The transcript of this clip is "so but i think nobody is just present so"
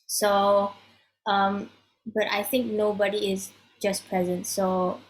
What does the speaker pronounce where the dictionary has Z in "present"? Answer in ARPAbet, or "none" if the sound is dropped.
Z